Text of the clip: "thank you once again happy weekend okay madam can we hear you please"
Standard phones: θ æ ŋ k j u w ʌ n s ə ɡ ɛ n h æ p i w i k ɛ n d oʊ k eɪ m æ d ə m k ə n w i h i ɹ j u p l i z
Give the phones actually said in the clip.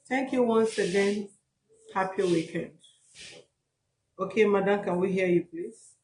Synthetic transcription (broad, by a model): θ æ ŋ k j u w ʌ n s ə ɡ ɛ n h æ p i w i k ɛ n d oʊ k eɪ m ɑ d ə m k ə w i h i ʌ j u p l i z